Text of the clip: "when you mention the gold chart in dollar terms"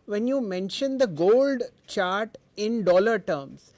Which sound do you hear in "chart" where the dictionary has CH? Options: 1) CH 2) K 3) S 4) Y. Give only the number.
1